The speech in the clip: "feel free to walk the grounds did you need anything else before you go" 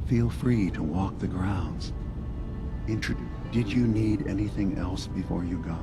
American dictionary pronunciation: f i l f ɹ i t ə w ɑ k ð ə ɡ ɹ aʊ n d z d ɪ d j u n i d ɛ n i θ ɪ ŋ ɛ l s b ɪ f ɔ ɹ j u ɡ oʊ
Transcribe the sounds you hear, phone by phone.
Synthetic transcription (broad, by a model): f i l f ɹ i t ə w ɑ k ð ə ɡ ɹ aʊ n d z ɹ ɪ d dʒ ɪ n i d ɛ n i θ ɪ ŋ ɛ l s b ɪ f ɔ ɹ j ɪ ɡ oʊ